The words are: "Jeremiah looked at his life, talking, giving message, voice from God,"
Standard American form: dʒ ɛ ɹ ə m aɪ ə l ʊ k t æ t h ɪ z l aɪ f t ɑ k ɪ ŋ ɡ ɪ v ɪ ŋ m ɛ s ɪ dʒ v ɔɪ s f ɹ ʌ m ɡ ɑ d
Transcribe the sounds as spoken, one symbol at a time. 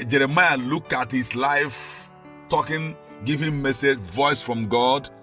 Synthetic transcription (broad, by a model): dʒ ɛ ɹ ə m aɪ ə l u k ɑ t h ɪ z l aɪ f t ɑ k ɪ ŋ ɡ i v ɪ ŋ m ɛ s ɪ dʒ v ɔɪ s f ɹ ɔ m ɡ ɑ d